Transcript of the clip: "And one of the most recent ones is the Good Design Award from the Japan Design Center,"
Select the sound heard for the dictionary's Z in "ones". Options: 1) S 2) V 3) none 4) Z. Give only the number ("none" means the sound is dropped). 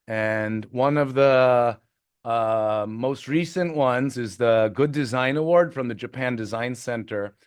4